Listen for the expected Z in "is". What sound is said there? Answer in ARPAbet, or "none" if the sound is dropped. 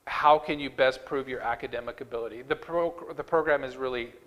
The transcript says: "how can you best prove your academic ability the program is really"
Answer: Z